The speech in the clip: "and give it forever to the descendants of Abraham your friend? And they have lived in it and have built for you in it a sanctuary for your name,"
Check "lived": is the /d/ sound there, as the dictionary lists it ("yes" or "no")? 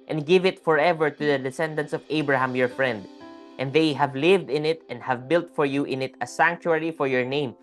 yes